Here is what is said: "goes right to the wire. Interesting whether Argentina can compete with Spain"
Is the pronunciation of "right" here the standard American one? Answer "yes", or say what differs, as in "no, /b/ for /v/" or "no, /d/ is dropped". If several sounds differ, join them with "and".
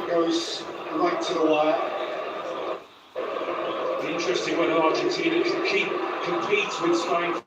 no, /l/ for /ɹ/